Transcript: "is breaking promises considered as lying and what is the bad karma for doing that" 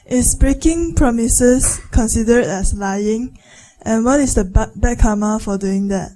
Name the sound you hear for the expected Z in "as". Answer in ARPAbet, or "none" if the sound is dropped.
S